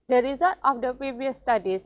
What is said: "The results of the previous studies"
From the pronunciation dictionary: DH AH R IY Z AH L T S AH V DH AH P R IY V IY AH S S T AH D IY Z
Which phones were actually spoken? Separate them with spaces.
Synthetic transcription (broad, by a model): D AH R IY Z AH L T AH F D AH P R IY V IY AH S S T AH D IY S